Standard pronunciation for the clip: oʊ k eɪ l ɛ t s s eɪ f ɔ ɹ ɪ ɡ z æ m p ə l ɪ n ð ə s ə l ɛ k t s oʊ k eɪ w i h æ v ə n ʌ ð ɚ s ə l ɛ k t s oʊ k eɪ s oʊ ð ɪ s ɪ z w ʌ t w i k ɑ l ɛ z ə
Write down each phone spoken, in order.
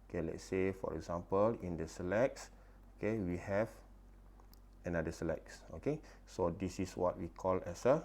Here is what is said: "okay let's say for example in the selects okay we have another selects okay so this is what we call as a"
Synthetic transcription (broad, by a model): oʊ k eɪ l ɛ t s s eɪ f ɔ ɹ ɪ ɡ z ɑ m p ə l ɪ n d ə s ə l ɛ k s oʊ k eɪ w i h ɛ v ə n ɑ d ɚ s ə l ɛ k s oʊ k eɪ s oʊ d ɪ s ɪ s w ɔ t w i k ɑ l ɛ s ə